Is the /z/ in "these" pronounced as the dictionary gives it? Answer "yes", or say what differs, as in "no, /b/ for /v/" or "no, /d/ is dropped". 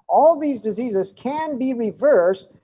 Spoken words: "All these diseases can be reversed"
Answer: yes